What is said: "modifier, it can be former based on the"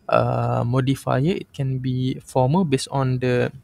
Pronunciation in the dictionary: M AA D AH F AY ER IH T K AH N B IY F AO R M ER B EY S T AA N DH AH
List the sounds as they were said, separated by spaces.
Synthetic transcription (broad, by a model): M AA D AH F AY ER IH T K AH N B IY F AO M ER B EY S AA N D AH